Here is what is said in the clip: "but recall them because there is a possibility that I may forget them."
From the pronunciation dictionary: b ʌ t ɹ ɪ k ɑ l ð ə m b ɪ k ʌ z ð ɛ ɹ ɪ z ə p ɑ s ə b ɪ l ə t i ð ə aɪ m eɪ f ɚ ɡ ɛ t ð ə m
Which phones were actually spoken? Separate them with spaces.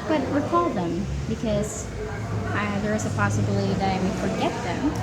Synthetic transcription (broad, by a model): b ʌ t w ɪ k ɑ l ð ə m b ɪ k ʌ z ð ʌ ɹ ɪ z ə p ɑ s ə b l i ð ə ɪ m eɪ f ɚ ɡ ɛ t ð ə m